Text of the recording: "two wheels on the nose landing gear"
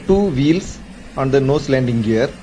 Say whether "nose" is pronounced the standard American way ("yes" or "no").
no